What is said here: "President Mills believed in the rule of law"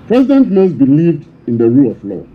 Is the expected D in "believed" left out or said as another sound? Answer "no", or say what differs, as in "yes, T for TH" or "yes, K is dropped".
no